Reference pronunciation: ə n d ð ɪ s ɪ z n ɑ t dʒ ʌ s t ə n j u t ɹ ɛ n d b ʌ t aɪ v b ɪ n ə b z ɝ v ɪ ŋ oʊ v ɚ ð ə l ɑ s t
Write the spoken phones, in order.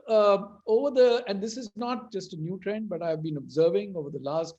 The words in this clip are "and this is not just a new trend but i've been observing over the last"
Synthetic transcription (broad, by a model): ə n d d ɪ s ɪ z n ɑ t dʒ ʌ s t ə n j u t ɹ ɛ n d b ʌ t aɪ v b ɪ n ə b z ɝ v ɪ ŋ oʊ v ɚ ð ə l ɑ s t